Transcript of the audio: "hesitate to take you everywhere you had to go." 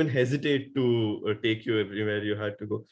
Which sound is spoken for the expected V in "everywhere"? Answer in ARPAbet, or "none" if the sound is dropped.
P